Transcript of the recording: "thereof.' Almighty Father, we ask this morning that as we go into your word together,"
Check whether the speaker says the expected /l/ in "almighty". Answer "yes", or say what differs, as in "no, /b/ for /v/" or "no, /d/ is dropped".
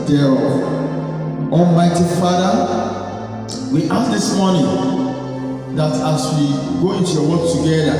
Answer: no, /l/ is dropped